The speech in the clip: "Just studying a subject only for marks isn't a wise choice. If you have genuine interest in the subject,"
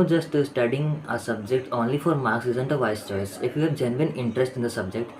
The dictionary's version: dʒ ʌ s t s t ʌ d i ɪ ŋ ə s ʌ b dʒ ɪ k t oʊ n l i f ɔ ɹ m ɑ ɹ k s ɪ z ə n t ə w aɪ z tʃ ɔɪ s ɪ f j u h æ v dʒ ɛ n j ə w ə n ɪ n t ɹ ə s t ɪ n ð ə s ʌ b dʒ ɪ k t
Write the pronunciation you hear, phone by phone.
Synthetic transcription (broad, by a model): dʒ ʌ s t s t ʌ d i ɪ ŋ ə s ʌ b dʒ ɪ k t oʊ n l i f ɔ ɹ m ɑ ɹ k s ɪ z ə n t ə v aɪ s tʃ ɔɪ s ɪ f j u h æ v dʒ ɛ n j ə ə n ɪ n t ɹ ə s t ɪ n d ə s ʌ b dʒ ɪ k t